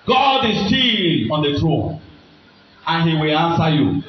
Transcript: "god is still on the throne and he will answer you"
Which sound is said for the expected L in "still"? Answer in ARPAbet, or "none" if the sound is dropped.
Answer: N